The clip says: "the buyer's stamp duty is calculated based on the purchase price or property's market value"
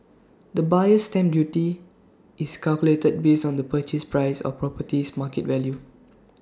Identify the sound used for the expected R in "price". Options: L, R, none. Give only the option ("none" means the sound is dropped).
R